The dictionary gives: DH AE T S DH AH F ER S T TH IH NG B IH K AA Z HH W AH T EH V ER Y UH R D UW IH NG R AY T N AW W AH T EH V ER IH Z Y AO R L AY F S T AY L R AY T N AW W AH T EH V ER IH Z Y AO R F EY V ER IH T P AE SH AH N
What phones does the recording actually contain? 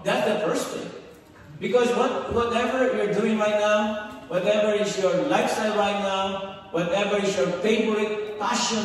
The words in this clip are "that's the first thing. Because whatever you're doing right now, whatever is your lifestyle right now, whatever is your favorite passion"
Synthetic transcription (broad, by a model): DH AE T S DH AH F ER S T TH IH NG B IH K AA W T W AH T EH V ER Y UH R D UW IH NG R AY T N AW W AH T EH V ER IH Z Y AO R L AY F S T AY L R AY T N AW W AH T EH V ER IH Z Y AO R P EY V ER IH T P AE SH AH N